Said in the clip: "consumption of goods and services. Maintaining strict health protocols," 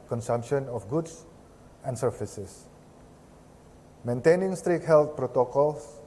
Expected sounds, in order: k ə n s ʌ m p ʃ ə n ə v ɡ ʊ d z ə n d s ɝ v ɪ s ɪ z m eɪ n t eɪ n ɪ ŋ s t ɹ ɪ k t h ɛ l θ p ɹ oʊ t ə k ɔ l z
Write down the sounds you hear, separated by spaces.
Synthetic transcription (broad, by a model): k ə n s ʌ m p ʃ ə n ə f ɡ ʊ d s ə n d s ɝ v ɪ s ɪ s m eɪ n t eɪ n ɪ ŋ s t ɹ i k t h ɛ l t p ɹ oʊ t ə k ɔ l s